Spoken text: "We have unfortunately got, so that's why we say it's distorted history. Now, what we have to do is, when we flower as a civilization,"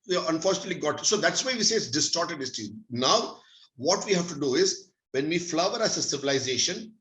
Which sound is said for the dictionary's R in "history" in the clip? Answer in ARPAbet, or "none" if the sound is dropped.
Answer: none